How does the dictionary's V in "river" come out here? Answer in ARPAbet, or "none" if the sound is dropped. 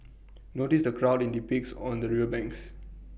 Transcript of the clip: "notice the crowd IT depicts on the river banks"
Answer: none